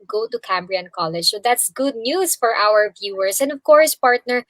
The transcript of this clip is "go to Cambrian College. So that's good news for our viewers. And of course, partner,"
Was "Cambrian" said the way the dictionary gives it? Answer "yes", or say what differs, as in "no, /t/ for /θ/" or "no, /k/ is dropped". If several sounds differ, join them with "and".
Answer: yes